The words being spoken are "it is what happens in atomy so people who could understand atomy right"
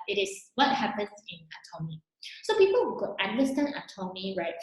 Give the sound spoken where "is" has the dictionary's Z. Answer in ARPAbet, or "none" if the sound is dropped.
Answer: S